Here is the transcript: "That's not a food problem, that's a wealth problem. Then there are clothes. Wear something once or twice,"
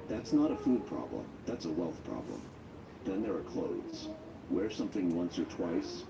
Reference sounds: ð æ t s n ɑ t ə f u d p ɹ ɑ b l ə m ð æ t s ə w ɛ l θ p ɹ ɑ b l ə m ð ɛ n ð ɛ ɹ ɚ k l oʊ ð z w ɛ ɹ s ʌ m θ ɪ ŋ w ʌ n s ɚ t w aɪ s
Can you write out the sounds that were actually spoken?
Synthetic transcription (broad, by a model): ð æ t s n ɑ t ə f u d p ɹ ɑ b l ə m ð æ t s ə w ɛ l θ p ɹ ɑ b l ə m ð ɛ n ð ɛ ɹ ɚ k l oʊ ð z w ɛ ɹ s ʌ m θ ɪ ŋ w ʌ n s ɚ t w aɪ s